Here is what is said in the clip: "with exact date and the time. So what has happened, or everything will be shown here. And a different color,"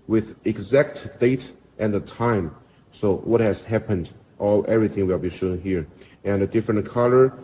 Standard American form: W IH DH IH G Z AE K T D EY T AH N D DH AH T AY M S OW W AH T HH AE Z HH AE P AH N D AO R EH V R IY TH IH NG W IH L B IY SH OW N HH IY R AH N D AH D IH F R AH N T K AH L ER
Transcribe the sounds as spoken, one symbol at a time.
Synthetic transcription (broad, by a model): W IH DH IH G Z AE K T D EY T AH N DH AH T AY M S OW W AH T HH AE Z HH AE P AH N D AO L EH V R IY TH IH NG W IH L B IY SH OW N HH IY R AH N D AH D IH F R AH N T K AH L ER